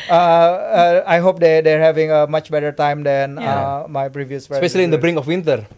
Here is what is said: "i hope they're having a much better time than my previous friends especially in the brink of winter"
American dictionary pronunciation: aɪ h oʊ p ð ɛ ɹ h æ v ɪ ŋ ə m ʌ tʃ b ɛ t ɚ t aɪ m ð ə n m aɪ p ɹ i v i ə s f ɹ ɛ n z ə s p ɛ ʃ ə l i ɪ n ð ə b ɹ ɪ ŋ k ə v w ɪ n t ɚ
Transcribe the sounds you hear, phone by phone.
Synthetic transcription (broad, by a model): aɪ h oʊ p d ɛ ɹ h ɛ v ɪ ŋ ə m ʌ tʃ b ɛ t ɚ t aɪ m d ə n m aɪ p ɹ i v i ə s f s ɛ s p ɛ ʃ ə l i ɪ n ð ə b ɹ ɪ ŋ ə f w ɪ n t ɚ